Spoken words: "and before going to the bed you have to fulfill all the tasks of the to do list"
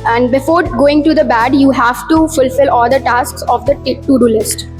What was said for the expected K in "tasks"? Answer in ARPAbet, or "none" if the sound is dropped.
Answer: K